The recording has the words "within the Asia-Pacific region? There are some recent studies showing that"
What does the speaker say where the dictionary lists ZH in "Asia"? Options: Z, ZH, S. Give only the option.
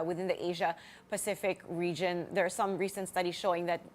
ZH